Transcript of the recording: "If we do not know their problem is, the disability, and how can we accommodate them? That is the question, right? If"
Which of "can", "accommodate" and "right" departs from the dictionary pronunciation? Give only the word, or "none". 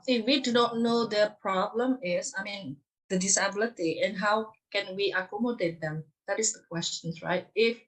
none